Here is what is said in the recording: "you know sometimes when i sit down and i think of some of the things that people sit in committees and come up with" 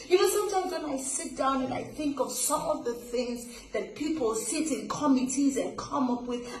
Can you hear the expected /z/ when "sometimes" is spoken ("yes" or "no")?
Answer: yes